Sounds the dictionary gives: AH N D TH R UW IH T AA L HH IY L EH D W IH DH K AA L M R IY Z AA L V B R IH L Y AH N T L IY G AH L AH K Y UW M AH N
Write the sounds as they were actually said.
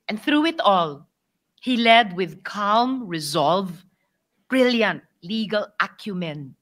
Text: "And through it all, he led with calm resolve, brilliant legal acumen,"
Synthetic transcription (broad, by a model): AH N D TH R UW IH T AA L HH IY L EH D W IH DH K AA L M R IY Z AA L V B R IH L Y AH N T L IY G AH L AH K Y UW M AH N